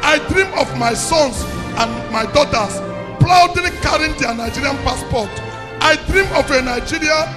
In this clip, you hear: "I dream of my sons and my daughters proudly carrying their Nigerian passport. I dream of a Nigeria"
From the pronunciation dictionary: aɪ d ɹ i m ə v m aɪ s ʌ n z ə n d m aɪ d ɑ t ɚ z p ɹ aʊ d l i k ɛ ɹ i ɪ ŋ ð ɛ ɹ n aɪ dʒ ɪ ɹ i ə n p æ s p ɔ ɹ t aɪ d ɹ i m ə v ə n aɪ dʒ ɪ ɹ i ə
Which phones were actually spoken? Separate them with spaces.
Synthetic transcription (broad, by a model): aɪ d ɹ i m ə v m aɪ s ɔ n s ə n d m aɪ d ɑ t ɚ s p l aʊ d i k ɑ ɹ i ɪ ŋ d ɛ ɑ n aɪ dʒ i ɹ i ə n p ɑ s p ɔ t t aɪ d ɹ i m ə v ə n aɪ dʒ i ɹ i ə